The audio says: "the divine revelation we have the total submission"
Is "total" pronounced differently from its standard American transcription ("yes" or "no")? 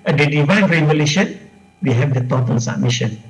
yes